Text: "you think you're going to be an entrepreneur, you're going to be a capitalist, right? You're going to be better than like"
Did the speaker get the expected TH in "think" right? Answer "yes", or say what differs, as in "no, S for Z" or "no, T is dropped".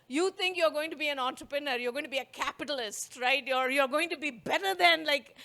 no, T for TH